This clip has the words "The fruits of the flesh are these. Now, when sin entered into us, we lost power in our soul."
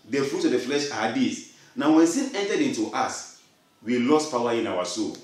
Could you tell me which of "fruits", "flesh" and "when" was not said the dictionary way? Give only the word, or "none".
fruits